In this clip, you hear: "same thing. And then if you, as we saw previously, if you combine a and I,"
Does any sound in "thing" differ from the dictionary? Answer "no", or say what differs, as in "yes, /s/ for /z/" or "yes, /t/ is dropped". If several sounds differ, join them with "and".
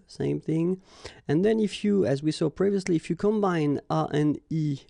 no